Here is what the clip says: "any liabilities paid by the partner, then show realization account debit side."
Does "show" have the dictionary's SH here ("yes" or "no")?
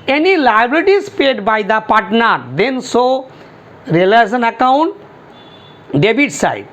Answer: no